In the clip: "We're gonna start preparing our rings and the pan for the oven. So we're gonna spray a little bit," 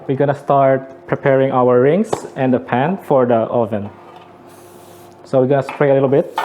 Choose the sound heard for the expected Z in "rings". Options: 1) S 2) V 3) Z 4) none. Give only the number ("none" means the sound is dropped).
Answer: 1